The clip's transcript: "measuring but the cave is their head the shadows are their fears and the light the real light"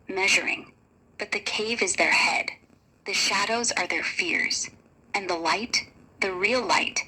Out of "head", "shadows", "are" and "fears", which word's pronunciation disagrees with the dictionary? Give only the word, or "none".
none